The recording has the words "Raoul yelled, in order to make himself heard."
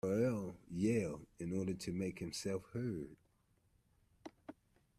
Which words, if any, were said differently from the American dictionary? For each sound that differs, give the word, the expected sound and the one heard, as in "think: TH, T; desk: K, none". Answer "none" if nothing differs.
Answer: yelled: D, none